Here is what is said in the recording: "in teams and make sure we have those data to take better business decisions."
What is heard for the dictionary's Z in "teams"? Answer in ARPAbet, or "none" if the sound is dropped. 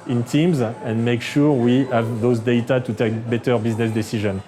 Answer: Z